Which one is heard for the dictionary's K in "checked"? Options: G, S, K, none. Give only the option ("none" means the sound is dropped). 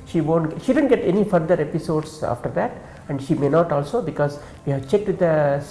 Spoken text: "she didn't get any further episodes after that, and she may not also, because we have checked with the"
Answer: K